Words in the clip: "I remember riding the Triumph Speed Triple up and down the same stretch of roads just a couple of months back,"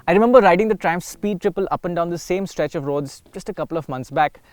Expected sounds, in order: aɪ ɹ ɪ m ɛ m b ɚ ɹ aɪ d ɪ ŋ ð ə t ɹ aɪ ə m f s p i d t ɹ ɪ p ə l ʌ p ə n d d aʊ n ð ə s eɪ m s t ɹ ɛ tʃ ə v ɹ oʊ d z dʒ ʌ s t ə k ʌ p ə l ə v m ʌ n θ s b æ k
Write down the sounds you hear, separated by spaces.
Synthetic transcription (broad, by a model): aɪ ɹ ɪ m ɛ m b ɚ ɹ aɪ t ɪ ŋ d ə t ɹ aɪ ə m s s p i d t ɹ ɪ p ə l ʌ p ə n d d aʊ n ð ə s eɪ m s t ɹ ɛ tʃ ə v ɹ oʊ d z dʒ ʌ s t ə k ʌ p ə l ə v m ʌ n t s b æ k